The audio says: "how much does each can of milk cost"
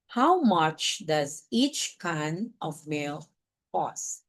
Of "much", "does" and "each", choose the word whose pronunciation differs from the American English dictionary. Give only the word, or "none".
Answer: none